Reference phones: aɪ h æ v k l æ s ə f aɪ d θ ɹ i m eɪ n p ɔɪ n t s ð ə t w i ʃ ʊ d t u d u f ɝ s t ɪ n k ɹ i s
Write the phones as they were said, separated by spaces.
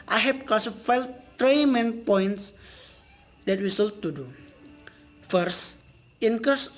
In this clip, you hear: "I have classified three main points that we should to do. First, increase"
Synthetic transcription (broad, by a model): aɪ h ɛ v k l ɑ s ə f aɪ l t ɹ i m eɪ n p ɔɪ n t s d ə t w i s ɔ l t u d u f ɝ s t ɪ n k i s